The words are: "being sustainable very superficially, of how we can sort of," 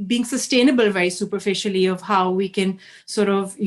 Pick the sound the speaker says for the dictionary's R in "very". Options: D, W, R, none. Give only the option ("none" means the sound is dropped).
none